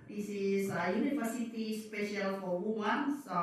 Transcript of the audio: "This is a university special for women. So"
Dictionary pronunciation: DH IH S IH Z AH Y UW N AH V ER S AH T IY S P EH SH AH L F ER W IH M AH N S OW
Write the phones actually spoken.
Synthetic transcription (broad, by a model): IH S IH S AH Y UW N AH F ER S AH T IY S P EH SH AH L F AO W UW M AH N S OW